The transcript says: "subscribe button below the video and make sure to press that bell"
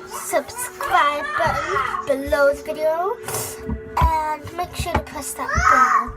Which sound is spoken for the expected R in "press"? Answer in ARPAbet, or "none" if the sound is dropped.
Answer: none